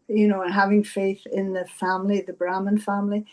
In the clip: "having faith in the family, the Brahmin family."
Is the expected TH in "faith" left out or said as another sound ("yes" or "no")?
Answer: no